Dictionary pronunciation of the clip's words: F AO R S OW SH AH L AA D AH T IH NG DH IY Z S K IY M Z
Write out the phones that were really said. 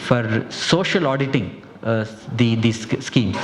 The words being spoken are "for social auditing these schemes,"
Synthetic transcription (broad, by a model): F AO R S OW SH AH L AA D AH T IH NG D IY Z S K IY M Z